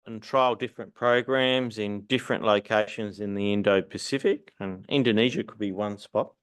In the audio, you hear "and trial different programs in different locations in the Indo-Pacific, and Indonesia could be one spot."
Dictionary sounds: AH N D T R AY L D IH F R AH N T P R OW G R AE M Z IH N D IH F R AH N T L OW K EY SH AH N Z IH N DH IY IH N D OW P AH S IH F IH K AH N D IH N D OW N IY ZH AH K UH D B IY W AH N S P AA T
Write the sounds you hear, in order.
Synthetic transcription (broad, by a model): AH N T R AY L D IH F R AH N P R OW G R AE M Z IH N D IH F R AH N T L OW K EY SH AH N Z IH N DH IY IH N D OW P AH S IH F IH K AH N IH N D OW N IY ZH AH K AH D B IY W AH N S P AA T